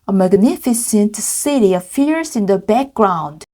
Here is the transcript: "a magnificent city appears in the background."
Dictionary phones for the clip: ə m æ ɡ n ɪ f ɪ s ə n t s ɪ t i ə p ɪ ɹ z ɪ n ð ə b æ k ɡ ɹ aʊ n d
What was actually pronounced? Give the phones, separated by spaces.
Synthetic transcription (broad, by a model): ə m æ ɡ n ɪ f ɪ s ə n t s ɪ t i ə f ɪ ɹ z ɪ n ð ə b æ k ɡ ɹ aʊ n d